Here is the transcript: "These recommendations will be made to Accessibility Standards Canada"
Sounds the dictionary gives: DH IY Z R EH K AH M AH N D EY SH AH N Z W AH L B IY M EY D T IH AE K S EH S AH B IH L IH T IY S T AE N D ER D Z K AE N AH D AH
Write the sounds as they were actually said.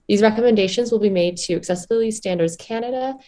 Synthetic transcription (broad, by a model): DH IY Z R EH K AH M AH N D EY SH AH N Z W AH L B IY M EY D T IH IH K S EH S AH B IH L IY S T AE N D ER D Z K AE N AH D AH